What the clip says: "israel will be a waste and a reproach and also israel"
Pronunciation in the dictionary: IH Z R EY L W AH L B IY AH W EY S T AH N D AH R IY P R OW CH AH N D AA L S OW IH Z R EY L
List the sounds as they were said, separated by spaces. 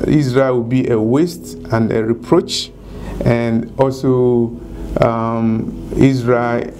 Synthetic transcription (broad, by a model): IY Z R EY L W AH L B IY AH W EY S T AH N D AH R IY P R OW CH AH N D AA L S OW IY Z R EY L